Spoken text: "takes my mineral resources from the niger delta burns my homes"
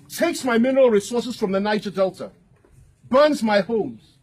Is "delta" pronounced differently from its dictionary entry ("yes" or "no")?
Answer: no